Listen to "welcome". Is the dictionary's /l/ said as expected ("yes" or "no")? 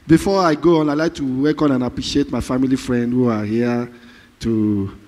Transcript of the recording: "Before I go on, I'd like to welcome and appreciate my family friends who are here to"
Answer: no